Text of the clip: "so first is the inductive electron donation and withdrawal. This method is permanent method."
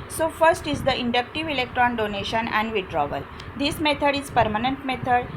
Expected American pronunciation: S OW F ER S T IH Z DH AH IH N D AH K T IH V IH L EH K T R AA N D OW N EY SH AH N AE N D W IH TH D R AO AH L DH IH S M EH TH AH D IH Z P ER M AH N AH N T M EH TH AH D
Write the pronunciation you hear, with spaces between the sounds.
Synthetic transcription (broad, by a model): S OW F ER S T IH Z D AH IH N D AH K T IH V IH L EH K T R AA N D OW N EY SH AH N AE N D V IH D R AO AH L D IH S M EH T AH D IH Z P ER M AH N AH N T M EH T AH D